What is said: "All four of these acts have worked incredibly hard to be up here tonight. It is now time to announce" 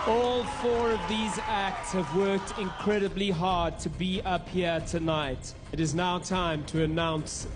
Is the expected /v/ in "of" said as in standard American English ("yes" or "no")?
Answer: yes